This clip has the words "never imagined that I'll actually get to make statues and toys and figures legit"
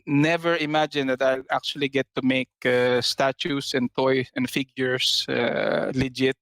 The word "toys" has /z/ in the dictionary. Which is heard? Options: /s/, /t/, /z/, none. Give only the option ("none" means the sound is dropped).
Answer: none